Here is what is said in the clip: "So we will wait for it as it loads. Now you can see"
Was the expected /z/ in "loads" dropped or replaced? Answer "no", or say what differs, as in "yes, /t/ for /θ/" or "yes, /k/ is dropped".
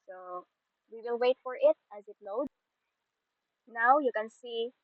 yes, /z/ is dropped